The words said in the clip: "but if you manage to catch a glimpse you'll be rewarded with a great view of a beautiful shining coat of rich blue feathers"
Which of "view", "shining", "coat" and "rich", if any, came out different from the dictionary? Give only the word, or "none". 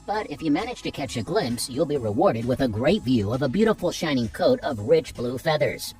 none